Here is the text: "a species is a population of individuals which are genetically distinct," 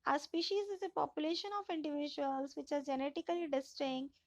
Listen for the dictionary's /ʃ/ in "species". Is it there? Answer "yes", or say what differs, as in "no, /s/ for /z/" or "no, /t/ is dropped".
yes